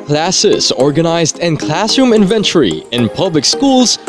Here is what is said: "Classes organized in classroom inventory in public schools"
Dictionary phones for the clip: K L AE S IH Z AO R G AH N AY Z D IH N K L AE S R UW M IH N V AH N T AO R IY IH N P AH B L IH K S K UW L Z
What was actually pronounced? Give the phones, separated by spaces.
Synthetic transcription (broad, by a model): K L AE S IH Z AO R G AH N AY Z D IH N K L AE S UW M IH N V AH N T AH R IY IH N P AH B L IH K S K UW L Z